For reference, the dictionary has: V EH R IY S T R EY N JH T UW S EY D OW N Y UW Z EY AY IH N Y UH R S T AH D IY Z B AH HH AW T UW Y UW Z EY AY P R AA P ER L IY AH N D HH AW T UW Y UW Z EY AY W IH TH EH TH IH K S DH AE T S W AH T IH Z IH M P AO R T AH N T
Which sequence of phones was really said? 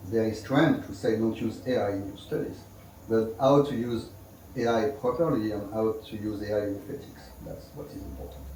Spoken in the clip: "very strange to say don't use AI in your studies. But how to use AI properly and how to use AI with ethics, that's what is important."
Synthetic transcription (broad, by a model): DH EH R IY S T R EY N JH T UW S EY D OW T Y UW Z EY AY IH N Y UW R S T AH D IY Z B AH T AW T UW Y UW Z EY AY P R AA P ER L IY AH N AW T UW Y UW Z EY AY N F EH T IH K S DH AE T S W AH T IH Z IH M P AO R T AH N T